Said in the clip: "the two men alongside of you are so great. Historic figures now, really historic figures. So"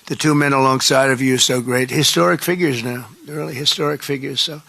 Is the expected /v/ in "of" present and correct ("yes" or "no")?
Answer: yes